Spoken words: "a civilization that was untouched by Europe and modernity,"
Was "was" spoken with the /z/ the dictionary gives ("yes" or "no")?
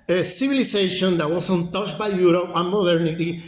no